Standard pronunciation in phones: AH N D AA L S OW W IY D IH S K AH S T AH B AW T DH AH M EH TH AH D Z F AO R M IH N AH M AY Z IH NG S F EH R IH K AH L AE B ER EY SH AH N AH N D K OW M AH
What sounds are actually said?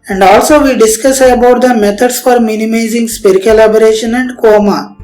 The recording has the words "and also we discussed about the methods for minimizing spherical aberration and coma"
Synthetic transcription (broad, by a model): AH N D AA L S OW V IY D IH S K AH S AH B AW T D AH M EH T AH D S F AO R M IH N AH M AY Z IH NG S P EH R K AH L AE B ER EY SH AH N AH N D K OW M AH